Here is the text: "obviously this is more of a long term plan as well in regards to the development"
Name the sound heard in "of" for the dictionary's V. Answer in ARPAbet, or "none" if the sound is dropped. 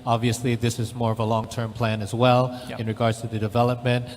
V